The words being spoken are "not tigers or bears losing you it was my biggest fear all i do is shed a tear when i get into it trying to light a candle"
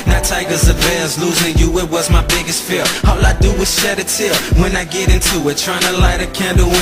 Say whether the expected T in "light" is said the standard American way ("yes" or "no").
yes